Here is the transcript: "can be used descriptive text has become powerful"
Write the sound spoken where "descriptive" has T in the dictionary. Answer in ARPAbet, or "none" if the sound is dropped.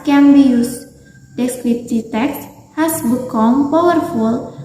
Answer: S